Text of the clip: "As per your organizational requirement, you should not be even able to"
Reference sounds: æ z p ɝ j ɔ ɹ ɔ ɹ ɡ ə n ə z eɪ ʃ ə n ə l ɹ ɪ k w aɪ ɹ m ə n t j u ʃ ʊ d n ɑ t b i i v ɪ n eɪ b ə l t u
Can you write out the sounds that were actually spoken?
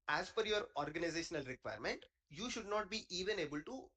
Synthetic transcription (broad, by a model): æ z f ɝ j ɔ ɹ ɔ ɹ ɡ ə n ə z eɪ ʃ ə n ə l ɹ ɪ k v aɪ ɹ m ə n t j u ʃ ʊ d n ɑ t b i i v ɪ n eɪ b ə l t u